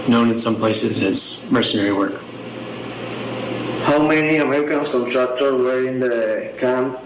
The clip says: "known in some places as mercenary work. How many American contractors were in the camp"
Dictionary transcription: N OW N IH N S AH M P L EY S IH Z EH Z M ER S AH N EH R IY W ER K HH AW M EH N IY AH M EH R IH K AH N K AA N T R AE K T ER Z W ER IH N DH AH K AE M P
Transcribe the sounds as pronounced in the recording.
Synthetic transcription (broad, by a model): N OW N IH N S AH M P L EY S IH Z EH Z M ER S AH N EH R IY W ER K HH AW M EH N IY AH M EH R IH K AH N K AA N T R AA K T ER W ER IH N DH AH K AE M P